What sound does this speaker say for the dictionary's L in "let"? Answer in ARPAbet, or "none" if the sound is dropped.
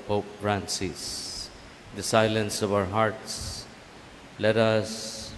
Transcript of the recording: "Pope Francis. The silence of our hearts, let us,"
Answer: L